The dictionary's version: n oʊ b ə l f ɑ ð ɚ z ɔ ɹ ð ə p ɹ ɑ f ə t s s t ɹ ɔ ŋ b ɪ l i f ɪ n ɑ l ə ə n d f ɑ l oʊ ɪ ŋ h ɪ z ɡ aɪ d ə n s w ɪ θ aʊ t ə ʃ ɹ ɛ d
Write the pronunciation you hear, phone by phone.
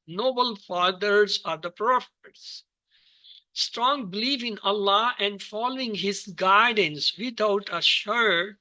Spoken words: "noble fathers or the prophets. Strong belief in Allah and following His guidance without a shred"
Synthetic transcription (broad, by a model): n oʊ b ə l f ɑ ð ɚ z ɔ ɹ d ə p ɹ ɑ f ə t s s t ɹ ɔ ŋ b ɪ l i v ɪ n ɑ l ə ə n d f ɑ l oʊ ɪ ŋ h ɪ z ɡ aɪ d ə n s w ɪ t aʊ t ə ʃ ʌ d